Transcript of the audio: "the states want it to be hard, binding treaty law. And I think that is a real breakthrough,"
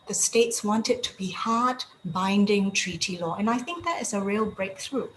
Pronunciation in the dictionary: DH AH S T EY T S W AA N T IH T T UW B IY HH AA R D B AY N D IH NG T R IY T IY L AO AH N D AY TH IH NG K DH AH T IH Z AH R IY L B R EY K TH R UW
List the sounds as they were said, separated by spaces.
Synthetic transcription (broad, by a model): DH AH S T EY T S W AA N T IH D T UW B IY HH AA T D B AY N D IH NG T R IY T IY L AO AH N AY TH IH NG K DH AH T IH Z AH R IY L B R EY K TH R UW